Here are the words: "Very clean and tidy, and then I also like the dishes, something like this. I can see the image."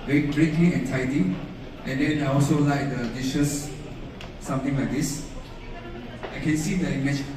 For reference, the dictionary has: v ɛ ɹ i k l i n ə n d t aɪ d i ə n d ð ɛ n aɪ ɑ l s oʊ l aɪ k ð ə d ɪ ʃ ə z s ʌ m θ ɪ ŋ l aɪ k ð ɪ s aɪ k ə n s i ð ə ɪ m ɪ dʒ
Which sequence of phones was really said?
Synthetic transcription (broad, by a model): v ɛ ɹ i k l i ə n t aɪ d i ə n d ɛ n aɪ ɑ l s oʊ l aɪ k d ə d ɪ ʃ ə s s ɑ m t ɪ ŋ l aɪ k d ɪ s aɪ k ə n s i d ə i m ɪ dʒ